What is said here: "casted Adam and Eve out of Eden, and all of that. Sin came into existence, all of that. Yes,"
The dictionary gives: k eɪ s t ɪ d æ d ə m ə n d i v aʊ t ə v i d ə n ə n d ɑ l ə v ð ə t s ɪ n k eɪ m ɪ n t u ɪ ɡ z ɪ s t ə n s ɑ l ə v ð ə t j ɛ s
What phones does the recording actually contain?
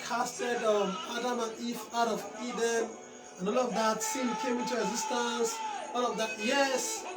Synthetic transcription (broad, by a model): k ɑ s t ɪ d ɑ d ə m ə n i f aʊ t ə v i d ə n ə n ɑ l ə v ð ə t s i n k eɪ m ɪ n t u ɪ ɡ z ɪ s t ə n s ɑ l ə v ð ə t j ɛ s